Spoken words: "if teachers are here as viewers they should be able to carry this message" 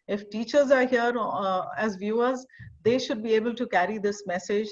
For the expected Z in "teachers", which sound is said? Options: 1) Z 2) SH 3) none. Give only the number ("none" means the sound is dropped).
1